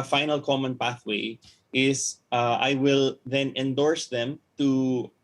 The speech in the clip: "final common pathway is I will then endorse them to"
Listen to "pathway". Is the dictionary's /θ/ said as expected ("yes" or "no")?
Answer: yes